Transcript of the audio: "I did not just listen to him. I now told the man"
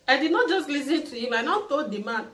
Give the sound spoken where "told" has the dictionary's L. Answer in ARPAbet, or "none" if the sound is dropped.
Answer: none